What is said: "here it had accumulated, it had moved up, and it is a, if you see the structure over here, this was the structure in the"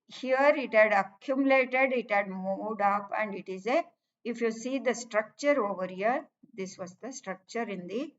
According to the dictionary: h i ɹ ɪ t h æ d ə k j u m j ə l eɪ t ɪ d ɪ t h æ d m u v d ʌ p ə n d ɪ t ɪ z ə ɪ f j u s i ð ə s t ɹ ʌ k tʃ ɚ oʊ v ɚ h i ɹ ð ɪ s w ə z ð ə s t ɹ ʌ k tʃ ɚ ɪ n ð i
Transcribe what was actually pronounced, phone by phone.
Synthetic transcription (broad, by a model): h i ɹ ɪ t h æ d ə k j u m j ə l eɪ t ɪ d ɪ t h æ d m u d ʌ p ə n d ɪ t ɪ z ə ɪ f j u s i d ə s t ɹ ʌ k tʃ ɚ oʊ v ɚ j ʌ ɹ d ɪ s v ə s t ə s t ɹ ʌ k tʃ ɚ ɪ n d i